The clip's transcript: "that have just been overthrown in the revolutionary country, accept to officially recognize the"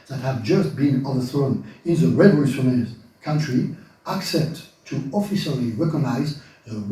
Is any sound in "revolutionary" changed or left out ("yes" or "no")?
yes